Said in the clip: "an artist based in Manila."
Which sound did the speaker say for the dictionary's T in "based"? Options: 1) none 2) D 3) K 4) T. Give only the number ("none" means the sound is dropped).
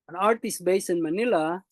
1